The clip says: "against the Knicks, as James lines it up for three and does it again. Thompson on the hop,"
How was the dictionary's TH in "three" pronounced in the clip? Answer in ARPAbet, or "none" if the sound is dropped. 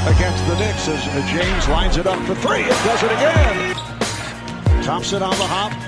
TH